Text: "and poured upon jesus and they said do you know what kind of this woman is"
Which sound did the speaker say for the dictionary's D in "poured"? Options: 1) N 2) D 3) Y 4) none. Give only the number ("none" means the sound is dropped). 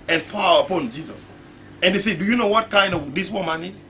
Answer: 4